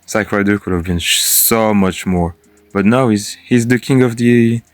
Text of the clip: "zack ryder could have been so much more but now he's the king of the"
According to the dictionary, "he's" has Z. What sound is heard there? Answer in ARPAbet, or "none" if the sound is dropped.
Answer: Z